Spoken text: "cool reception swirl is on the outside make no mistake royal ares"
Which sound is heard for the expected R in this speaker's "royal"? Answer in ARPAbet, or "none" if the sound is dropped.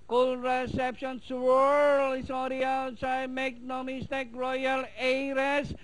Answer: R